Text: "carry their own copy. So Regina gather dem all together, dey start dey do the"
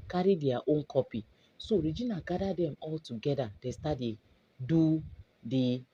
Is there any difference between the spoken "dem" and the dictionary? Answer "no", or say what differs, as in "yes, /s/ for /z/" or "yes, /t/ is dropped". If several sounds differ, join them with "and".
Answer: no